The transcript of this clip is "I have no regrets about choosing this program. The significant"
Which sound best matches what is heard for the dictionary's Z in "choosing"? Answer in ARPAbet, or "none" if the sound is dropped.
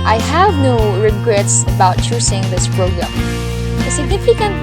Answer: S